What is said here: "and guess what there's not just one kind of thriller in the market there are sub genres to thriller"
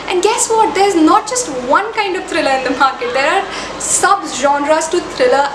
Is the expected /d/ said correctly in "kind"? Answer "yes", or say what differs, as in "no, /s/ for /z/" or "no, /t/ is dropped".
yes